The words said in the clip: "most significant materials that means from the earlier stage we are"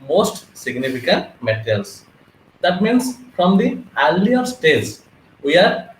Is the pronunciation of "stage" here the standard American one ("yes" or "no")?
no